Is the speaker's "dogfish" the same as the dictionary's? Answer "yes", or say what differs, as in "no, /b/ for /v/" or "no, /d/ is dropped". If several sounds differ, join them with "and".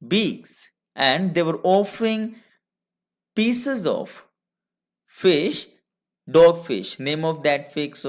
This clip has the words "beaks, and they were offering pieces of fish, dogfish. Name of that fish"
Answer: yes